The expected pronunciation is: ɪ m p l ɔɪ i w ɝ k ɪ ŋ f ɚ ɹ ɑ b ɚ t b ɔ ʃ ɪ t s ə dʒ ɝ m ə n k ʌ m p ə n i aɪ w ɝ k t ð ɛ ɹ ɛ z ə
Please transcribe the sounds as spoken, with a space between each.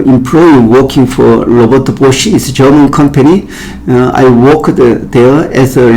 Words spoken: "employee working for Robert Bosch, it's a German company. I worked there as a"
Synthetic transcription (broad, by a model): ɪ m p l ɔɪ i w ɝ k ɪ ŋ f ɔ l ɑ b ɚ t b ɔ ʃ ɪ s ə dʒ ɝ m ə n k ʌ m p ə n i aɪ w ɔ k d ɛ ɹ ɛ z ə